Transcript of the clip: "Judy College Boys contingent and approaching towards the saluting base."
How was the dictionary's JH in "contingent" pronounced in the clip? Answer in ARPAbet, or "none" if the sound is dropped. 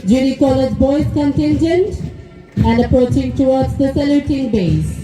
JH